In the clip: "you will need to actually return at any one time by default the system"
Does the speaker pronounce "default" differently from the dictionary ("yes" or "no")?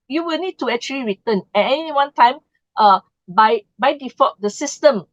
yes